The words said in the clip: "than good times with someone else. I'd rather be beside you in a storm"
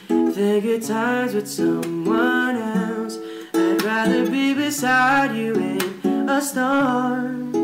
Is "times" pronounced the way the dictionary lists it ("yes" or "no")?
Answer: yes